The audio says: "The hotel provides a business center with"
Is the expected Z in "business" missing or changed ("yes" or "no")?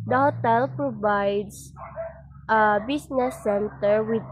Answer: yes